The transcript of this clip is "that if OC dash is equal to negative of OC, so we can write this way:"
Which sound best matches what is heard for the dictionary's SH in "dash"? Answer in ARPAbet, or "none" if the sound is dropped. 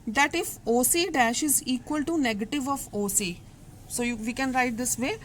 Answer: SH